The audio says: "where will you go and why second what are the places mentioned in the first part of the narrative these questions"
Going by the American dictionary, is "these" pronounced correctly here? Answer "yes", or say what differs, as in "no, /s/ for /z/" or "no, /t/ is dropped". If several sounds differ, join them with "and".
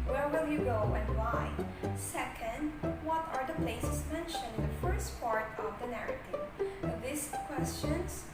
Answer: no, /s/ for /z/